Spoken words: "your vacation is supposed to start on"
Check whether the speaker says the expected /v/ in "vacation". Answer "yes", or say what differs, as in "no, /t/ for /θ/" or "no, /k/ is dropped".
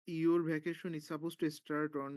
no, /b/ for /v/